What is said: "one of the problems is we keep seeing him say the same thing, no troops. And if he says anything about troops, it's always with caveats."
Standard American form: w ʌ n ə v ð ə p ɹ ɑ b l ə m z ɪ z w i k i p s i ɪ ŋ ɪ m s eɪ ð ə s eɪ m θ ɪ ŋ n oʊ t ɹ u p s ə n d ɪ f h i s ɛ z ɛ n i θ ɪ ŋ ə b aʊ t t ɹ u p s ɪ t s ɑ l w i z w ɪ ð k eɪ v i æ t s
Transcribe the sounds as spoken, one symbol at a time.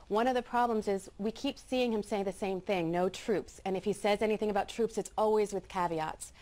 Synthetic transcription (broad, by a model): w ʌ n ə v ð ə p ɹ ɑ b l ə m z ɪ z w i k i p s i ɪ ŋ ɪ m s eɪ ð ə s eɪ m θ ɪ ŋ n oʊ t ɹ u p s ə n ɪ f h i s ɛ z ɛ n i θ ɪ ŋ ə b aʊ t t ɹ u p s ɪ t s ɑ l w i z w ɪ ð k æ v i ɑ t s